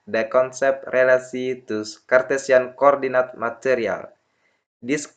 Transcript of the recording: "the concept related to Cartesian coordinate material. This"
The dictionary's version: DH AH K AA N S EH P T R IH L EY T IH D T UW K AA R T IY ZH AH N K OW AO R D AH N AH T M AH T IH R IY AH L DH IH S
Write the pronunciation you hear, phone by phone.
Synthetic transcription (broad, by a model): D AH K AA N S EH P T R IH L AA S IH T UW K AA R T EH S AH N K OW AO R D AH N AH T M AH T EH R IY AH L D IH S